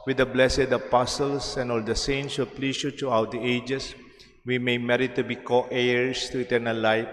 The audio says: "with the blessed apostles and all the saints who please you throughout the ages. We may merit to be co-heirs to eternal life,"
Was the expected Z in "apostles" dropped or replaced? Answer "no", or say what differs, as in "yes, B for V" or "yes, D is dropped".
yes, S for Z